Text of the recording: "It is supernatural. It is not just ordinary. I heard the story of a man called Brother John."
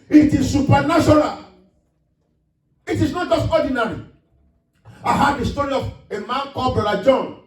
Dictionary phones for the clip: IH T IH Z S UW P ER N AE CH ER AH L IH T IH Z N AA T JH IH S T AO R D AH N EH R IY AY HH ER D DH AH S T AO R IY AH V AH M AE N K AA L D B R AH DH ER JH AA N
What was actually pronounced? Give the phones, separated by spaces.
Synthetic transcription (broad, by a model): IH T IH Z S UW P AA N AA SH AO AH L IH T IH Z N AA T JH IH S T AO D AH N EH R IY AY HH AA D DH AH S T AO R IY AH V AH M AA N K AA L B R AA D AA JH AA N